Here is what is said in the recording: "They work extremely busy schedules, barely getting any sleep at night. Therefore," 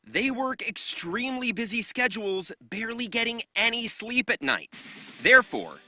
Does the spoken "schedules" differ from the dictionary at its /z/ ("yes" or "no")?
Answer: no